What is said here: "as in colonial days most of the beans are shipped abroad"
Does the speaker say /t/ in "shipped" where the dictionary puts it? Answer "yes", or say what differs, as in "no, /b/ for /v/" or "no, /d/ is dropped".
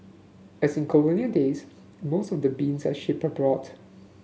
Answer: no, /t/ is dropped